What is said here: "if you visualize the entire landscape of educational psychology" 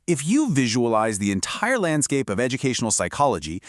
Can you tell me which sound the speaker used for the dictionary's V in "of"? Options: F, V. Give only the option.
V